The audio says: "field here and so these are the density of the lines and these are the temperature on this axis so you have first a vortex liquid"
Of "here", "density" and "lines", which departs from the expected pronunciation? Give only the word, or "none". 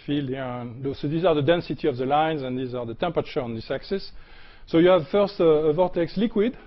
here